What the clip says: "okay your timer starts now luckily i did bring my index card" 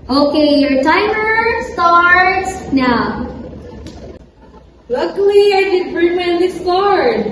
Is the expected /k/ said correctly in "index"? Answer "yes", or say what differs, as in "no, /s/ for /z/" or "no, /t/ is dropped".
no, /k/ is dropped